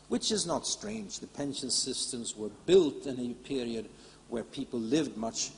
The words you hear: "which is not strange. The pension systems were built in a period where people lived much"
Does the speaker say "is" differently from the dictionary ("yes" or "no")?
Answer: no